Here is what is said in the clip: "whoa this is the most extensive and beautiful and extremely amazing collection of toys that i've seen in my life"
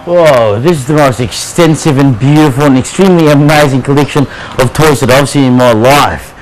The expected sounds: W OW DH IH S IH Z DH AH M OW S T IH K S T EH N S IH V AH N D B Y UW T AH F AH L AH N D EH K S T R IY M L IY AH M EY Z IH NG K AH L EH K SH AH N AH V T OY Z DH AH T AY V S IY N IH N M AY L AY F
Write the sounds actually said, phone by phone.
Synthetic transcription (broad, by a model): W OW DH IH S IH Z DH AH M OW S T IH K S T EH N S IH V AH N B Y UW T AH F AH L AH N EH K S T R IY M L IY AH M EY Z IH NG K AH L EH K SH AH N AH V T OY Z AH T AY V S IY IH N M AY L AY F